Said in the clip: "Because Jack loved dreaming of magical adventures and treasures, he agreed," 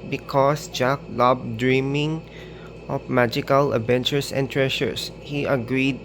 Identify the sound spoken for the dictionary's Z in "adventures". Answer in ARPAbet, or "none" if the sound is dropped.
S